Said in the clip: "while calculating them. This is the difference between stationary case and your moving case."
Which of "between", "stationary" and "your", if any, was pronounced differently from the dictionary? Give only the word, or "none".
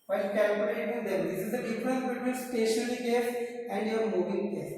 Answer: stationary